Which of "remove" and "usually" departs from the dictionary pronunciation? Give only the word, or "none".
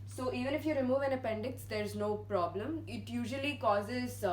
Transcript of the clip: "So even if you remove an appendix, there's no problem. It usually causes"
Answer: none